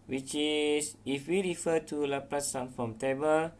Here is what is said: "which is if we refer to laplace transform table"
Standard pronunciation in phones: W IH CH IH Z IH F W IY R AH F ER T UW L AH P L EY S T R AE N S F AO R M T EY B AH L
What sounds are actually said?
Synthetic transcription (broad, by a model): W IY CH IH S IH F W IY R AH F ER T UW L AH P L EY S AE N F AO M T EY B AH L